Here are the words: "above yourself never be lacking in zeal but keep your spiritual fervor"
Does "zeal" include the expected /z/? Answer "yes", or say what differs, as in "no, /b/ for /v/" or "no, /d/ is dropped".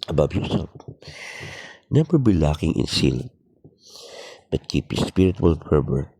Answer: no, /s/ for /z/